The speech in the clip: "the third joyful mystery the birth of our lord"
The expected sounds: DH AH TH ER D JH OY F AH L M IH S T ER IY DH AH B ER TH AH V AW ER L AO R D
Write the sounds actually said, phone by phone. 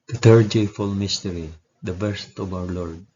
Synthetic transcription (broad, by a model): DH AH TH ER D JH OY F AH L M IH S T ER IY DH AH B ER S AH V AW ER L AO R D